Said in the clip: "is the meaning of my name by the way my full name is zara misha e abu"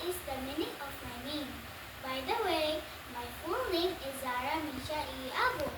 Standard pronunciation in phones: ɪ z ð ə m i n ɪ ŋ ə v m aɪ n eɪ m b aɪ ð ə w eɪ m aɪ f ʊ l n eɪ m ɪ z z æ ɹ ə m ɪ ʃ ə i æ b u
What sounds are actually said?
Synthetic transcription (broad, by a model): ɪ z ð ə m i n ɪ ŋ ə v m aɪ n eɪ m b aɪ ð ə w eɪ m aɪ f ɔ n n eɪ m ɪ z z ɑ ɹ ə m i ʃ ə i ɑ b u